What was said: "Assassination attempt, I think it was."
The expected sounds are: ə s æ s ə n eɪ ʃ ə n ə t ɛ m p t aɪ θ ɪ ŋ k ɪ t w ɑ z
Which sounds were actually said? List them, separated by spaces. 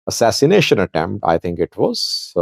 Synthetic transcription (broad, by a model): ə s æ s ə n eɪ ʃ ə n ə t ɛ m p t aɪ t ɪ ŋ k ɪ t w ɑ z